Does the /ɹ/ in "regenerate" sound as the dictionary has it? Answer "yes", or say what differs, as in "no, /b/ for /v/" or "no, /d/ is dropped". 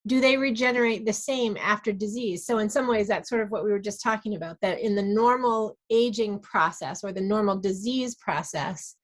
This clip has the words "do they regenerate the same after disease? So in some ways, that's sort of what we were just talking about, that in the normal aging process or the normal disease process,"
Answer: yes